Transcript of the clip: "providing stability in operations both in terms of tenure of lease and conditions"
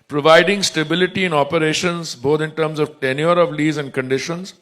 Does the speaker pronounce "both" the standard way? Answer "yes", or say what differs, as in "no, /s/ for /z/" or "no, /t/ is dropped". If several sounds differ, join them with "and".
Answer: no, /t/ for /θ/